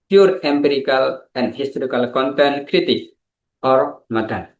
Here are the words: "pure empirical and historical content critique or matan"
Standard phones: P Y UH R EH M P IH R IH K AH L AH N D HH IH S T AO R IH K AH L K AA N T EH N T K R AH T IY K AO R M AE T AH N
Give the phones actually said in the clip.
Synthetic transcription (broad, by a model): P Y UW R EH M P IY R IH K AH L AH N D HH IH S T AO R IH K AH L K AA N T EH N K R AH T IY K AO R M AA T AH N